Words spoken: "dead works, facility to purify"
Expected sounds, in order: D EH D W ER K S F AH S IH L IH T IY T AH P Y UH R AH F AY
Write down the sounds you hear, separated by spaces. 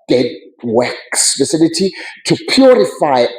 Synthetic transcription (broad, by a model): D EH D W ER K S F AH S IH N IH T IY T AH P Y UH R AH F AY